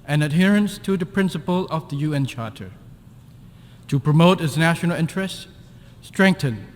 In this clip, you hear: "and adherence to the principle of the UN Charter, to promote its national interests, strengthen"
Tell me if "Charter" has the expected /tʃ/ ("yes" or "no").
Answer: yes